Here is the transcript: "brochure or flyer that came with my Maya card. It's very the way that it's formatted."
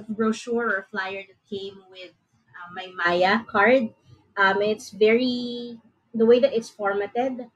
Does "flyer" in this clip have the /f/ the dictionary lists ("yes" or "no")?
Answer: yes